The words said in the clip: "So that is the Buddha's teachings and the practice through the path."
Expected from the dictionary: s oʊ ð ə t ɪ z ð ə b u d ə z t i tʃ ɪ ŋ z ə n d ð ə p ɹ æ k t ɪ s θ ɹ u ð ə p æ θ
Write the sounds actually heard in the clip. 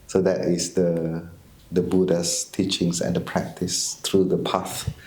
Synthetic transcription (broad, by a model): s oʊ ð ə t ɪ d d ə b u d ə s t i tʃ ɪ ŋ s ə n d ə p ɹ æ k t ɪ s t ɹ u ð ə p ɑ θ